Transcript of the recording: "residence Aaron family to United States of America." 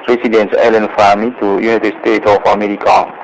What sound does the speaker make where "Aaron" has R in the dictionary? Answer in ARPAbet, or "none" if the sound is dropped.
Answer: L